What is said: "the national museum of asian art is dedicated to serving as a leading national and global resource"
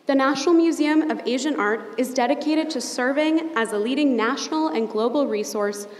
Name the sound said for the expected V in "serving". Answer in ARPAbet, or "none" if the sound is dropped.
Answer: V